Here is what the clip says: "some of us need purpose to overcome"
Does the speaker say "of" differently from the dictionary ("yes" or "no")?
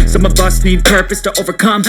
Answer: yes